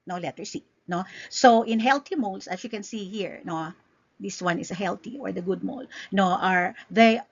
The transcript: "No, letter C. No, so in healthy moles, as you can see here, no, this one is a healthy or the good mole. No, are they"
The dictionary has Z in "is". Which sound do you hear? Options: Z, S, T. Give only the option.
S